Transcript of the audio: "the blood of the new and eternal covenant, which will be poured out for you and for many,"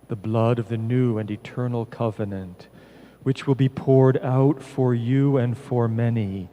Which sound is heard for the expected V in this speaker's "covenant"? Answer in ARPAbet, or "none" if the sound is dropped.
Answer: V